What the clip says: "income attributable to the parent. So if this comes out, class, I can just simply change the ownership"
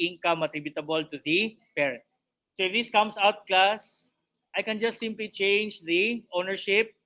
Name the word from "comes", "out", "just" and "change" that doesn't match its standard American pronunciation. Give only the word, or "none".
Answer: comes